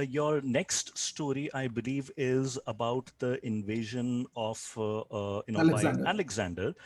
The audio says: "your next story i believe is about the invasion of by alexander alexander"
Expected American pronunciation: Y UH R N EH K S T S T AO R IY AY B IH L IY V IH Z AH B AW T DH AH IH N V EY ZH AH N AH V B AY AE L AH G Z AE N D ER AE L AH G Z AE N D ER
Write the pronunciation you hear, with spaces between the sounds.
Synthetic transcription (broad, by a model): Y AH R N EH K S T S T AO R IY AY B IH L IY V IH Z AH B AW T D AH IH N V EY ZH AH N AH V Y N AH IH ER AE L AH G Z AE N D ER